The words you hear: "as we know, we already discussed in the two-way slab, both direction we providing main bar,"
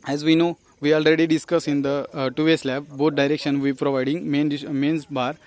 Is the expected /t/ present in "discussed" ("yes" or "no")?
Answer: no